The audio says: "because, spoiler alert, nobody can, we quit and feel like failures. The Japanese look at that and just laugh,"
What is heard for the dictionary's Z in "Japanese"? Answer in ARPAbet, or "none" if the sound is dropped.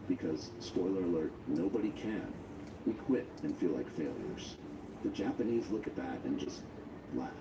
Z